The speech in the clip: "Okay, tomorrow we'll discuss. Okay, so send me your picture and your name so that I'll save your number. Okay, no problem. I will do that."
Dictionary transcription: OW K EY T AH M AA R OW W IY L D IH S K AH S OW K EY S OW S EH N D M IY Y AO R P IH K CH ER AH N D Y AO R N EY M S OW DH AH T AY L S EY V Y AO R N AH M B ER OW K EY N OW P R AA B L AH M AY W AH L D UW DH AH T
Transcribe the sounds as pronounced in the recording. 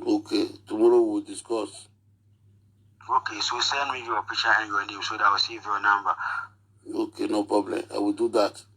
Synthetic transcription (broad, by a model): OW K EY T AH M AA R OW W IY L D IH S K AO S OW K EY S OW S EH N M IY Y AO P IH CH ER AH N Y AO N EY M S OW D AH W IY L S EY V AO N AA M B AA OW K EY N OW P R AA B L AH M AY W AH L D UW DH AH T